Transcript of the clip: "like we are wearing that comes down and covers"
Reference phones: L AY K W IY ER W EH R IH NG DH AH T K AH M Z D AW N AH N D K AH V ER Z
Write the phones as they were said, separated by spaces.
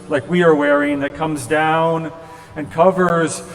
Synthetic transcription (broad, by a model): L AY K W IY ER W EH R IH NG DH AH T K AH M Z D AW N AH N K AH V ER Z